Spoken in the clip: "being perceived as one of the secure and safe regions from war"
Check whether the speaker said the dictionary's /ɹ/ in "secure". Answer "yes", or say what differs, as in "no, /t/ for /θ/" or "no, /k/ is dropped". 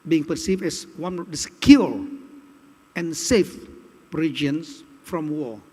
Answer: no, /l/ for /ɹ/